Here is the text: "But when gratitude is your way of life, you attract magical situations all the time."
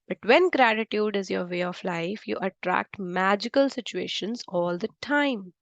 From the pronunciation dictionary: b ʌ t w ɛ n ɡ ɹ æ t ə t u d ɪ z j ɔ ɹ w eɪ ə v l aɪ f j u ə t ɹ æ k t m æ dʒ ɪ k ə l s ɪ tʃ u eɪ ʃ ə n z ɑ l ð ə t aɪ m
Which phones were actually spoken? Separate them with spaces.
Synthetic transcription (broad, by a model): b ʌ t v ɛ n ɡ ɹ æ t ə t u d ɪ z j ɔ ɹ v eɪ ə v l aɪ f j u ə t ɹ æ k t m æ dʒ ɪ k ə l s ɪ tʃ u eɪ ʃ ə n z ɑ l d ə t aɪ m